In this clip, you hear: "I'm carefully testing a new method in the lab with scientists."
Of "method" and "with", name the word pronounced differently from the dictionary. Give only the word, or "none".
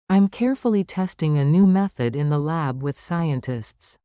none